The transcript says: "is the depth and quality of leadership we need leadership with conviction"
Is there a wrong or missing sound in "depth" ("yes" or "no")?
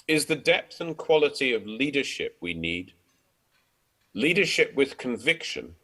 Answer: no